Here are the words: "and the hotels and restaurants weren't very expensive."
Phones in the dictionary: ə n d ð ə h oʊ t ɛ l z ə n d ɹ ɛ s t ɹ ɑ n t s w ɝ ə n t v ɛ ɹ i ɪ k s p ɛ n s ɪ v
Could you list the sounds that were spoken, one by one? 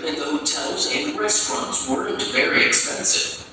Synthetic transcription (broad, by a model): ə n ð ə h oʊ t ɛ l z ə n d ɹ ɛ s t ɹ ɑ n t s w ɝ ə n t v ɛ ɹ i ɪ k s p ɛ n s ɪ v